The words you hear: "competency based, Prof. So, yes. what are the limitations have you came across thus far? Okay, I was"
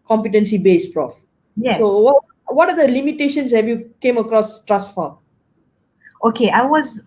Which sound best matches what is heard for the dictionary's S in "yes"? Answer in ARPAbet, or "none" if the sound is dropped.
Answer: none